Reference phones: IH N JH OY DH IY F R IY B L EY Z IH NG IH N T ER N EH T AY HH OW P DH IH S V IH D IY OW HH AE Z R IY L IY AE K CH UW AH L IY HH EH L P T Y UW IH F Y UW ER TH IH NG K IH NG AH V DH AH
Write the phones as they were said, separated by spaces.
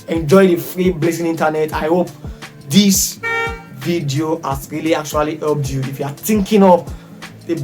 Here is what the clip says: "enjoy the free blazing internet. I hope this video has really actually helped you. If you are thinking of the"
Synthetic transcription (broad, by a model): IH N JH OY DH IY F R IY B L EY S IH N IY N T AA N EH T AY HH OW P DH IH S V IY D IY OW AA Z R IY L IY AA K CH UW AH L IY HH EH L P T Y UW IH F Y UW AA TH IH NG K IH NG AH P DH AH